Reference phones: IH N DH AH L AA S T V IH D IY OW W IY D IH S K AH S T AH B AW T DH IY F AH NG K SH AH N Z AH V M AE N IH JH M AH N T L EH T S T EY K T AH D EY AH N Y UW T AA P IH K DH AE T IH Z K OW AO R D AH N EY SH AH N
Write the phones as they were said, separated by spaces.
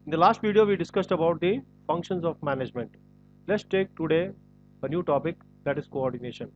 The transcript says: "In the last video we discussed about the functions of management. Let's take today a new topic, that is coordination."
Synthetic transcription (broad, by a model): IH N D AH L AA S T V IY D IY OW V IY D IH S K AH S T AH B AW T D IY F AH NG K SH AH N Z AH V M AE N IH JH M AH N T L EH T S T EY K T AH D EY AH N Y UW T AA P IH K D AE T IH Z K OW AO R D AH N EY SH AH N